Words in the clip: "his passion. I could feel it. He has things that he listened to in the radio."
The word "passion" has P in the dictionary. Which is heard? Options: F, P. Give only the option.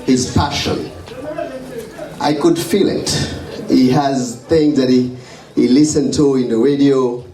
F